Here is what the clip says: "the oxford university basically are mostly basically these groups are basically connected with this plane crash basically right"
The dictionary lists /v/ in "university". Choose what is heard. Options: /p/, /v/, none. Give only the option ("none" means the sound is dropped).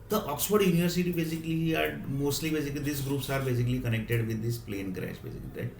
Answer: /v/